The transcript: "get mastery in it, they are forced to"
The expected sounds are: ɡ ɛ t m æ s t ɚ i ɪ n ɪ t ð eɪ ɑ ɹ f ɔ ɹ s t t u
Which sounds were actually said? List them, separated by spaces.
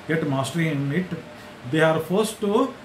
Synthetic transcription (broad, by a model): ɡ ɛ t m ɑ s t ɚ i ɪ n ɪ t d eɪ ɑ ɹ f ɔ ɹ s t t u